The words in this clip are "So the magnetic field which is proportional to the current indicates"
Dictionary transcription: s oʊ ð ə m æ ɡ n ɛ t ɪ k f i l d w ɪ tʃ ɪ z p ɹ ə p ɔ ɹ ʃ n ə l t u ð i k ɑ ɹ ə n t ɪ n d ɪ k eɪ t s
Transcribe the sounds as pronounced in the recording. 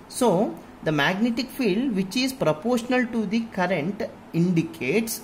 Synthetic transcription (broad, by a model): s oʊ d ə m æ ɡ n ɛ t ɪ k f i l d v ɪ tʃ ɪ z p ɹ ə p ɔ ɹ ʃ n ə l t u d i k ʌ ɹ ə n t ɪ n d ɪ k eɪ t s